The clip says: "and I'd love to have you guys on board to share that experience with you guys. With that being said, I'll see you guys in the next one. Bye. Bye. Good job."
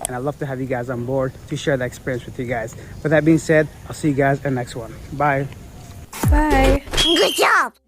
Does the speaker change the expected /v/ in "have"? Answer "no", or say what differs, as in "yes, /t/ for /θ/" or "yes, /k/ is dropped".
no